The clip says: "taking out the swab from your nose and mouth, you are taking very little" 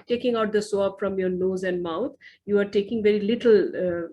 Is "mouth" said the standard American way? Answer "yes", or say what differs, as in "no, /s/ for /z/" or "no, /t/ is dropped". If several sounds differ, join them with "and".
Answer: no, /t/ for /θ/